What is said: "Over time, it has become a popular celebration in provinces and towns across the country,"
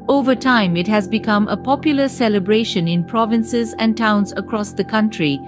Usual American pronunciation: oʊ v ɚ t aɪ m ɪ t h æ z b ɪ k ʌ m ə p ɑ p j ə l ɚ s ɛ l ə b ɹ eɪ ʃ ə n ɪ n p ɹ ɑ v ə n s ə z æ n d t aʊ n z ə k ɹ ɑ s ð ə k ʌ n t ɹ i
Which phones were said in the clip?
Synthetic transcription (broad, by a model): oʊ v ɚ t aɪ m ɪ t h æ z b ɪ k ʌ m ə p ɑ p j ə l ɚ s ɛ l ə b ɹ eɪ ʃ ə n ɪ n p ɹ ɑ v ə n s ə z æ n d t aʊ n z ə k ɹ ɑ s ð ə k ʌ n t ɹ i